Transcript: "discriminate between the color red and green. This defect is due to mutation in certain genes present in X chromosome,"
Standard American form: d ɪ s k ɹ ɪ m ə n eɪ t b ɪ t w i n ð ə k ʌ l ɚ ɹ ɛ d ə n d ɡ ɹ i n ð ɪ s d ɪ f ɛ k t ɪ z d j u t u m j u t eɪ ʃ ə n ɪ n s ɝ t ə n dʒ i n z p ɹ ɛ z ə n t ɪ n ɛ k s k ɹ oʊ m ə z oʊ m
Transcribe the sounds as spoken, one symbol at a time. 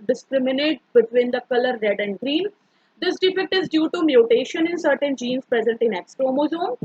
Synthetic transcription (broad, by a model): d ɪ s k ɹ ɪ m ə n eɪ t b ɪ t w i n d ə k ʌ l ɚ ɹ ɛ d ə n d ɡ ɹ i n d ɪ s d ɪ f ɛ k t ɪ z d j u t u m j u t eɪ ʃ ə n ɪ n s ɝ t ə n dʒ i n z p ɹ ɛ z ə n t ɪ n ɛ k s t ɹ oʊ m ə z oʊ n